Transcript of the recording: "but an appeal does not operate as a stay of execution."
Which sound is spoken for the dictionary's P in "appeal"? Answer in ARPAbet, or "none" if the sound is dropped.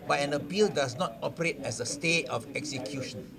B